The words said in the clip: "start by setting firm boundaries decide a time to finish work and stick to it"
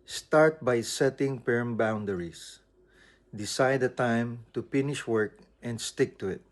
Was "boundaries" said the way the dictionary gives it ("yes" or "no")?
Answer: no